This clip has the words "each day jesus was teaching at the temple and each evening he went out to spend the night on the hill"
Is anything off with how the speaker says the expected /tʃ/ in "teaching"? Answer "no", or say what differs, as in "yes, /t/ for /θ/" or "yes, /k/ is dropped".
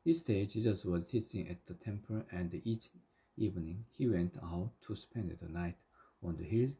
yes, /s/ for /tʃ/